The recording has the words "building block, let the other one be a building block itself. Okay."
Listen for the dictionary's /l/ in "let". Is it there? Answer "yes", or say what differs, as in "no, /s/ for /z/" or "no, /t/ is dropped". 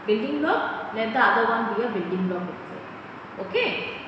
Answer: no, /n/ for /l/